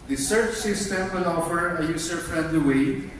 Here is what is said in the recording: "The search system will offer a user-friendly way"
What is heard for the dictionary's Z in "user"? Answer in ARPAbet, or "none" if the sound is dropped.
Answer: S